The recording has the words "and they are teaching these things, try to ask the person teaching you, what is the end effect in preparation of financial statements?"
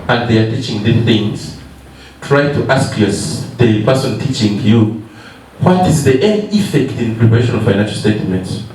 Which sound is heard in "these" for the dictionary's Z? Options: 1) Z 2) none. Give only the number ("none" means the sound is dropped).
2